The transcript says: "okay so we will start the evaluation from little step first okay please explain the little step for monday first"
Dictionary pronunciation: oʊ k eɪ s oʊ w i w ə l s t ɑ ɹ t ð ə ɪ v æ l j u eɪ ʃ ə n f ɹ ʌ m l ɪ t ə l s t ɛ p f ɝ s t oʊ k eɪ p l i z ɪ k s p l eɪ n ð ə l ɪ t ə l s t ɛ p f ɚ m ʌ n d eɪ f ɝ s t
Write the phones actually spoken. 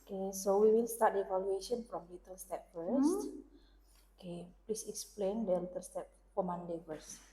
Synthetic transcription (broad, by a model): k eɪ s oʊ w i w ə n s t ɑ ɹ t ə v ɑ l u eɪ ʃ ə n f ɹ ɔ m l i t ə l s t ɛ p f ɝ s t oʊ k eɪ p l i s ɪ k s p l eɪ n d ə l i t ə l s t ɛ p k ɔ m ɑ n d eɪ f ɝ s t